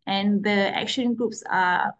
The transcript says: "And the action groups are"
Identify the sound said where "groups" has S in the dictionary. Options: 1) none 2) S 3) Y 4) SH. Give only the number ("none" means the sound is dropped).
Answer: 2